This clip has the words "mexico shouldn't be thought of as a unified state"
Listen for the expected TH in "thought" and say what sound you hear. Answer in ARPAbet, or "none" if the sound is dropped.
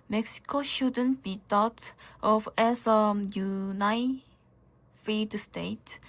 T